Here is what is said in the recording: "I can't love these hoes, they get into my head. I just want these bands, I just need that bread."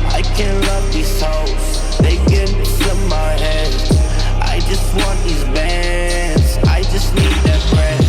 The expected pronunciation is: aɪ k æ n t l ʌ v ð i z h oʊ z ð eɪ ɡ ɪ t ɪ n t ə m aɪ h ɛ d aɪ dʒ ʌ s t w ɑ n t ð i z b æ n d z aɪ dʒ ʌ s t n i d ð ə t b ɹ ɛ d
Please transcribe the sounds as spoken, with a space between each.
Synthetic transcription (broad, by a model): aɪ k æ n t l ʌ v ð i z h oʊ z ð eɪ ɪ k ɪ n s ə m aɪ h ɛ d aɪ dʒ ʌ s t w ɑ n ð i z b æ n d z aɪ dʒ ʌ s t n i d ð ə t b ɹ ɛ